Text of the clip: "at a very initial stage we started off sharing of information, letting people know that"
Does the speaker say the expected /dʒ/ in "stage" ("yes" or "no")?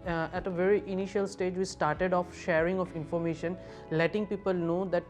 yes